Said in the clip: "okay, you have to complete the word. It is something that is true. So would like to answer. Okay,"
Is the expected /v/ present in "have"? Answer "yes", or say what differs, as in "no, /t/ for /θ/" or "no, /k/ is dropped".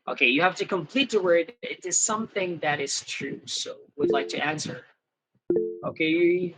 no, /f/ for /v/